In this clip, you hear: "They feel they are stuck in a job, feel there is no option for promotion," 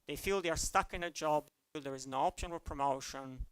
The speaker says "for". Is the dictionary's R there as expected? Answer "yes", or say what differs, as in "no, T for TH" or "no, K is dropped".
no, L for R